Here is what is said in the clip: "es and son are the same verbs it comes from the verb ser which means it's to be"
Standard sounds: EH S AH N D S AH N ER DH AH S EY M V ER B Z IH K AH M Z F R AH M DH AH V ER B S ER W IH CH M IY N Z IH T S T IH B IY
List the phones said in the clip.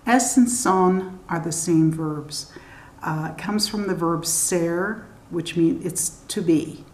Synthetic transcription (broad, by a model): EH S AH N S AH N ER DH AH S EY M V ER B Z K AH M Z F R AH M DH AH V ER B S ER W IH CH M IY N IH T S T IH B IY